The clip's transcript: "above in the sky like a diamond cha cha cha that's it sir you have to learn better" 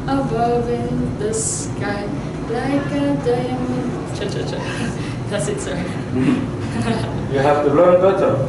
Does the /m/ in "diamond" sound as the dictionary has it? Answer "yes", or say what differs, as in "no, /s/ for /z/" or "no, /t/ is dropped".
no, /m/ is dropped